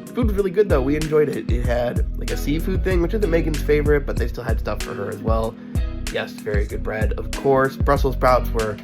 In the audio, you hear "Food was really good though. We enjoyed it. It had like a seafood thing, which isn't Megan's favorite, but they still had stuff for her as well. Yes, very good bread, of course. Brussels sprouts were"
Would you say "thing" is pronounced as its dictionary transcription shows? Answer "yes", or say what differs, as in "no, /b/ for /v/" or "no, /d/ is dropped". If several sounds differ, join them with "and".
yes